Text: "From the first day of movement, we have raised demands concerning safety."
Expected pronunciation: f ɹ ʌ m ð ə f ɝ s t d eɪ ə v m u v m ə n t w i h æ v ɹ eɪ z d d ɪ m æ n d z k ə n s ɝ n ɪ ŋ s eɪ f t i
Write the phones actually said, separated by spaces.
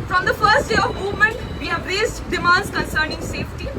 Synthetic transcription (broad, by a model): f ɹ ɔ m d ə f ɝ s t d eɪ ə v m u v m ə n t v i h æ v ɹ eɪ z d d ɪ m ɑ n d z k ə n s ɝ n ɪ ŋ s eɪ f t i